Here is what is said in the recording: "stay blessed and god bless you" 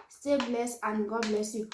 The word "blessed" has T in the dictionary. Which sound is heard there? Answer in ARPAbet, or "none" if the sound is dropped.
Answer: none